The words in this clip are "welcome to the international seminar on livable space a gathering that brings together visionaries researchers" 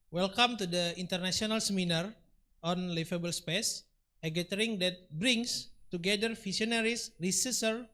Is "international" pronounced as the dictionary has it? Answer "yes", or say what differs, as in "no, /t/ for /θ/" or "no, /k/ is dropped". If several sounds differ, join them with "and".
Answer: no, /s/ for /ʃ/